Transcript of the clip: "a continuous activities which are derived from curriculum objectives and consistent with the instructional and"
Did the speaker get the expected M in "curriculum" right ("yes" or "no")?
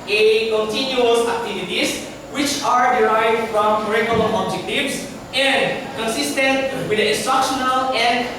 no